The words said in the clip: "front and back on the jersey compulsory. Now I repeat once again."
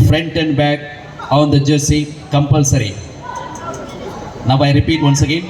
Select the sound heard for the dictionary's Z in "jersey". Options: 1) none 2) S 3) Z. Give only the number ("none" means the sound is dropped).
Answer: 2